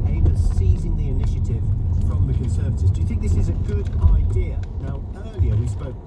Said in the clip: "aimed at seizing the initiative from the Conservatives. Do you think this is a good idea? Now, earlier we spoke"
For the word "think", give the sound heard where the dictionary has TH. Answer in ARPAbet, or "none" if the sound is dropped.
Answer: TH